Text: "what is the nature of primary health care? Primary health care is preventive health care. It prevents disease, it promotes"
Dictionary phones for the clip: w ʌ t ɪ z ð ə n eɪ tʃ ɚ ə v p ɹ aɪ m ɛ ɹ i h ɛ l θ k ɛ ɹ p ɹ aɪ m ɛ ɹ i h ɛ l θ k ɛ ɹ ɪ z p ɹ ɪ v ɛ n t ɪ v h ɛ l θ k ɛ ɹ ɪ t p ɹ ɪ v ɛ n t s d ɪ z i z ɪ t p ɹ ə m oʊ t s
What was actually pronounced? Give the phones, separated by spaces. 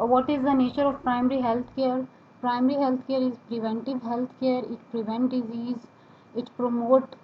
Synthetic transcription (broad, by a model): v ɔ t ɪ z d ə n eɪ tʃ ɚ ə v p ɹ aɪ m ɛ ɹ i h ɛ l t k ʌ ɹ p ɹ aɪ m ɛ ɹ i h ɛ l t k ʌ ɹ ɪ z p ɹ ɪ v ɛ n t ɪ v h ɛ l t k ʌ ɹ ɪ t p ɹ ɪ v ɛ n t d ɪ z i z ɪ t p ɹ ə m oʊ t